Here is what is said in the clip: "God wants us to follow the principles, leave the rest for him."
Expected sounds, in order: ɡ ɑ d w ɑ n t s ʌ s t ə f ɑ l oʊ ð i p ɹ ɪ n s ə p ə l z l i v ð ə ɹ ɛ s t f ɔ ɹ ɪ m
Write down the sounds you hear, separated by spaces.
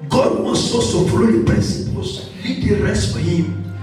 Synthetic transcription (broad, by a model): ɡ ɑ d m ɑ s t ɔ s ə f ɑ l oʊ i p ɹ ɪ n s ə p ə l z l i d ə ɹ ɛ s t f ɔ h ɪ m